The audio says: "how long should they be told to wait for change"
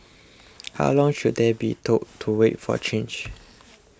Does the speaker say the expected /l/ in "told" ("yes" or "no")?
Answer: no